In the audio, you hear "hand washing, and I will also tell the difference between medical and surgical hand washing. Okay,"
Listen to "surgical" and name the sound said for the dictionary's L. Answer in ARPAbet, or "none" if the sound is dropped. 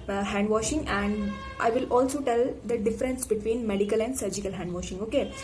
L